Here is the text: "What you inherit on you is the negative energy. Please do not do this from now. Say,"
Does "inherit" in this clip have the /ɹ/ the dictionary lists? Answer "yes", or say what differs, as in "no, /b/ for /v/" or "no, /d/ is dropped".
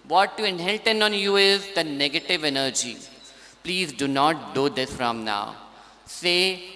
no, /l/ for /ɹ/